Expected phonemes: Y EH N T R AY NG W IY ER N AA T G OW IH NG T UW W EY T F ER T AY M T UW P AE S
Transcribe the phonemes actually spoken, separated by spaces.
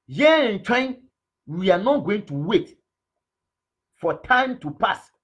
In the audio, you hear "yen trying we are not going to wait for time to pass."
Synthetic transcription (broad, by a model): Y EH N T W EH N W IY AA N AA T G OW IH NG T UW W EY T F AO T AY M T UW P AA S